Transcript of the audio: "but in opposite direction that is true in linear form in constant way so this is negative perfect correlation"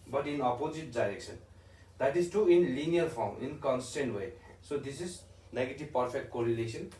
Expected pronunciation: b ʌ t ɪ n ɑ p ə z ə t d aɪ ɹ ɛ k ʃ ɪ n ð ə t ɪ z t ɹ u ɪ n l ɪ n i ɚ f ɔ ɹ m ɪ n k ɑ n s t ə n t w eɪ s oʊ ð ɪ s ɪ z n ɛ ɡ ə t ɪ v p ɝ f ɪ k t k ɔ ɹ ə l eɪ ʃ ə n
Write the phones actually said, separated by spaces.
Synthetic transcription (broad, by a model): b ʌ t ɪ n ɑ p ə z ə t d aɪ ɹ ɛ k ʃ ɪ n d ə t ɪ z t u ɪ n l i n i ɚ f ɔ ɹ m ɪ n k ɑ n s t ə n t w eɪ s oʊ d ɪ s ɪ z n ɛ ɡ ə t ɪ v p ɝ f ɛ k t k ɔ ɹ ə l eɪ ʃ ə n